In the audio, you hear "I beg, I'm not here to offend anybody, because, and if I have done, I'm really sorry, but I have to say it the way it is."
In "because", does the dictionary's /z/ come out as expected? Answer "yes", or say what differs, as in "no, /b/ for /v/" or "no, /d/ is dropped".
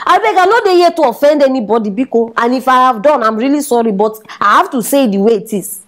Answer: no, /z/ is dropped